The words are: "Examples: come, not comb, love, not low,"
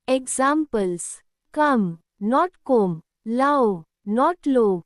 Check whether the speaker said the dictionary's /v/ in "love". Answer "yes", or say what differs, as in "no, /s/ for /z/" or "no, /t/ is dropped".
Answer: no, /w/ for /v/